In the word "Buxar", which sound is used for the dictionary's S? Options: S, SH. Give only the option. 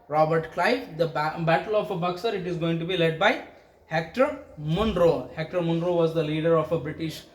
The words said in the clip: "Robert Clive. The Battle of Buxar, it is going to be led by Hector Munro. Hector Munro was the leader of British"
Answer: S